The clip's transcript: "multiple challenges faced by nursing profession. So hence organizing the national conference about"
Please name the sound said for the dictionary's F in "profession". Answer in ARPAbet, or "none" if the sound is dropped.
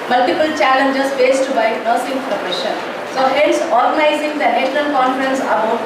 P